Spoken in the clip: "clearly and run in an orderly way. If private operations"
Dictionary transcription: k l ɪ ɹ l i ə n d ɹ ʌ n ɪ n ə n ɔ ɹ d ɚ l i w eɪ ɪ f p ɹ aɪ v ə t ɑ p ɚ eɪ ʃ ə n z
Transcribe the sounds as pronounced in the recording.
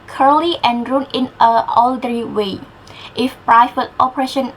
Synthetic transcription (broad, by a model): k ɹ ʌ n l i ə n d ɹ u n ɪ n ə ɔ l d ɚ i w eɪ ɪ f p ɹ aɪ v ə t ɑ p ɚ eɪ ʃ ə n